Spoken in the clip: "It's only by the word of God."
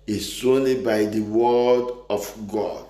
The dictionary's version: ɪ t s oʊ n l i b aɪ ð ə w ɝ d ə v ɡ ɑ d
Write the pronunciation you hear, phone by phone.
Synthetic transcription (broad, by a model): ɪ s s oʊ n i b aɪ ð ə w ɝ d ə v ɡ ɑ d